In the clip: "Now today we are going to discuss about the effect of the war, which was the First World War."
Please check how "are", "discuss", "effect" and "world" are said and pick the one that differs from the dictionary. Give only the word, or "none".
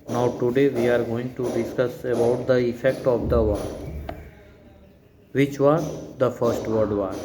world